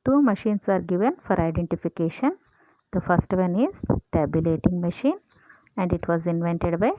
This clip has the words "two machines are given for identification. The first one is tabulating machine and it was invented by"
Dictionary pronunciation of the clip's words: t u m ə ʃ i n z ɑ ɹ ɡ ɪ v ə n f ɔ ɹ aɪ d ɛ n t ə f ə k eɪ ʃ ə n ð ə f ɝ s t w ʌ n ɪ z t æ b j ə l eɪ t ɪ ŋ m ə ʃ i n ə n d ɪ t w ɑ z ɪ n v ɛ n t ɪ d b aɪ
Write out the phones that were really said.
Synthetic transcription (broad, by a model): t u m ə ʃ i n s ɑ ɹ ɡ ɪ v ə n f ɔ ɹ aɪ d ɛ n t ə f ə k eɪ ʃ ə n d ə f ɝ s t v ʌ n ɪ z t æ b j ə l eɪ t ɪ ŋ m ə ʃ i n ə n d ɪ t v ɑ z ɪ n v ɛ n t ɪ d b aɪ